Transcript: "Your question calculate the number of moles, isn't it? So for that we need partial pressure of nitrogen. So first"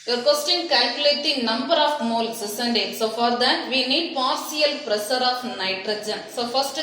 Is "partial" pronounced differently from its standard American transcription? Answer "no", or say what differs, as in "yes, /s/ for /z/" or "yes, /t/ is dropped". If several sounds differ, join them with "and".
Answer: yes, /s/ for /ʃ/